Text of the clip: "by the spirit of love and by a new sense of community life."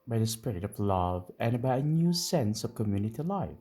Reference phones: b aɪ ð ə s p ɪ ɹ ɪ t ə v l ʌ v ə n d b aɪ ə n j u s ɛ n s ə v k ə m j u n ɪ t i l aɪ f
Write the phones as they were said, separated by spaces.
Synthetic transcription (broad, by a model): b aɪ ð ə s p ɪ ɹ ɪ t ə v l ʌ v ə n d b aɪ ə n j u s ɛ n s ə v k ə m j u n ɪ t i l aɪ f